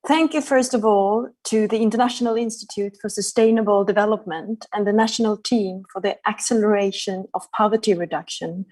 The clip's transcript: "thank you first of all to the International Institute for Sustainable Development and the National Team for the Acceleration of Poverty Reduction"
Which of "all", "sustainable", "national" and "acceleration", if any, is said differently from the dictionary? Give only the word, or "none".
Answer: none